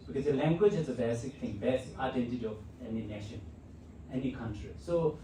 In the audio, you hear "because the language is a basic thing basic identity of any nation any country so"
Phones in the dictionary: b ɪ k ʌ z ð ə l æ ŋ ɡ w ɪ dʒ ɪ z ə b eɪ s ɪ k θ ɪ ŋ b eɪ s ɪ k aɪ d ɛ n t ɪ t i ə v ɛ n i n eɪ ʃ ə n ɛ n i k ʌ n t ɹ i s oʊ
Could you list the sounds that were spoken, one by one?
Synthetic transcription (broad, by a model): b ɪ k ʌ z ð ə l æ ŋ ɡ w ɪ dʒ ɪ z ə b eɪ s ɪ k t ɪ ŋ b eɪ s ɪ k aɪ d ɛ n t ɪ t i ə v ɛ n i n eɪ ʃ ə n ɛ n i k ʌ n t ɹ i s oʊ